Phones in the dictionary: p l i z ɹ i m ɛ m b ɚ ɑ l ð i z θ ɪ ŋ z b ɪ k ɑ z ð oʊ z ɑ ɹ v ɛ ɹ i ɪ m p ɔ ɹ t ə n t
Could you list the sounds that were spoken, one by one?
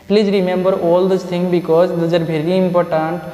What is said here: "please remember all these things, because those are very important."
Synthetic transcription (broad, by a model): p l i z ɹ i m ɛ m b ɚ ɑ l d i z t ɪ ŋ b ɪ k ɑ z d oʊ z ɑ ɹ v ɛ ɹ i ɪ m p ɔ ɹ t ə n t